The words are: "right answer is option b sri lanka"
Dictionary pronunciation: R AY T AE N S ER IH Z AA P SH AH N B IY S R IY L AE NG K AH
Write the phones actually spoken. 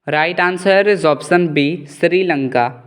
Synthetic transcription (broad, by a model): R AY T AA N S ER IH Z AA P S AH N B IY S R IY L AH NG K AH